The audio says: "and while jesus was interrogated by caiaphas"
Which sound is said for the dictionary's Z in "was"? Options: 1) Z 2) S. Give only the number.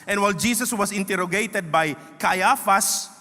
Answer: 2